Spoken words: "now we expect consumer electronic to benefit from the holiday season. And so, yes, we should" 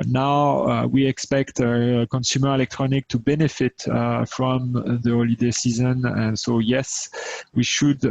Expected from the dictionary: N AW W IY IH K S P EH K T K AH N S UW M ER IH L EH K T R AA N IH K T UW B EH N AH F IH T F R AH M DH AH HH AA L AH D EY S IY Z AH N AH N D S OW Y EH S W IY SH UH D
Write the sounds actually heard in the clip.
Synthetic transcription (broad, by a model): N AW W IY IH K S P EH K T K AH N S UW M ER IH L EH K T R AA N IH K T UW B EH N AH F IH T F R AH M DH AH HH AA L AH D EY S IY Z AH N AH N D S OW Y EH S W IY SH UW D